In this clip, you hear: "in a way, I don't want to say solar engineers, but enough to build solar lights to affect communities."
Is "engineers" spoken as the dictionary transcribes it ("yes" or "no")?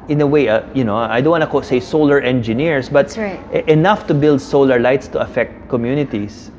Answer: no